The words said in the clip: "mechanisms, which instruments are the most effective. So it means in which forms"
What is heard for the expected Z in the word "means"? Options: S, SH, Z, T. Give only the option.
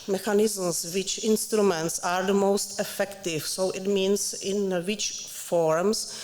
S